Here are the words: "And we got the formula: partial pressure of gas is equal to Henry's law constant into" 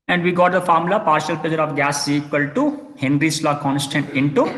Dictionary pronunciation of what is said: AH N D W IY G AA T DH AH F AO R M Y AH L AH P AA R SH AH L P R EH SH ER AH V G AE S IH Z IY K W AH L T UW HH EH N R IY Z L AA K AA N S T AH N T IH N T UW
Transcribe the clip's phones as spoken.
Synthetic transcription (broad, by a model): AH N D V IY G AA T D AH F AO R M L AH P AA R SH AH L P IH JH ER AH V G AE S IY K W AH L T UW HH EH N R IY S L AA K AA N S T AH N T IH N T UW